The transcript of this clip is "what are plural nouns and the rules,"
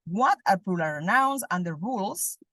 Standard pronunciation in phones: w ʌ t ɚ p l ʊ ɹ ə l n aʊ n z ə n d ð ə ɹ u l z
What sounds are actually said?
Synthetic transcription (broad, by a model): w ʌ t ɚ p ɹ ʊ l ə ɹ n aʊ n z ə n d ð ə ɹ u l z